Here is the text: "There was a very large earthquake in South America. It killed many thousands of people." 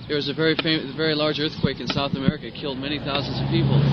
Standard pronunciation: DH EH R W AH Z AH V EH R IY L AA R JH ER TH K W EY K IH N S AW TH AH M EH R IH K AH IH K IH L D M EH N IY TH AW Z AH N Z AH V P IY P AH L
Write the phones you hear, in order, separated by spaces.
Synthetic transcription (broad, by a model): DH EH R W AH Z AH V EH R IY L AA R JH ER TH K W EY K IH N S AW TH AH M EH R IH K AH IH K IH L D M EH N IY TH AW Z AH N Z AH V P IY P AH L